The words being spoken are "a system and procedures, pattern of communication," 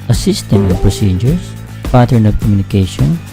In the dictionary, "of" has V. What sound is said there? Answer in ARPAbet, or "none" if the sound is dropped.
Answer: P